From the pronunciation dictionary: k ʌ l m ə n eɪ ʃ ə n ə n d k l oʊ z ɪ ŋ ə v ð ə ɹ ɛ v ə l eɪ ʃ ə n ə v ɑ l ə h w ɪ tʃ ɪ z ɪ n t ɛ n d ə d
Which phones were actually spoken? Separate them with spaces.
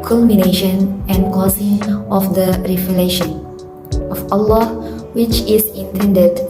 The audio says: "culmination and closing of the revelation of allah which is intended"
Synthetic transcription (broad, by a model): k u l m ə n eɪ ʃ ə n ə n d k oʊ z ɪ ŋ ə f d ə ɹ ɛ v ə l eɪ ʃ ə n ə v ɑ l ə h w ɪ tʃ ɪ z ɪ n t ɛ n d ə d